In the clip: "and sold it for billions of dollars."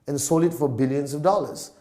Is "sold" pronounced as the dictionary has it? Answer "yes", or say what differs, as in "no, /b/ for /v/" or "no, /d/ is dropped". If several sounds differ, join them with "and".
no, /d/ is dropped